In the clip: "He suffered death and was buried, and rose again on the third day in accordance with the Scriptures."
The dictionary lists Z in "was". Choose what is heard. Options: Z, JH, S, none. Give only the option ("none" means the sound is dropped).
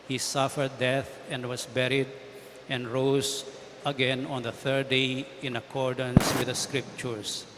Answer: S